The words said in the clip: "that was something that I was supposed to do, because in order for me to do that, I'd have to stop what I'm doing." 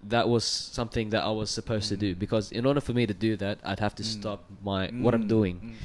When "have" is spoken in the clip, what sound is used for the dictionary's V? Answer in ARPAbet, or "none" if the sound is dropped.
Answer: F